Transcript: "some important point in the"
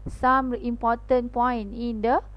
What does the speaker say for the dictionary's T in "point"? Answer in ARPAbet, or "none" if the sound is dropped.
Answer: none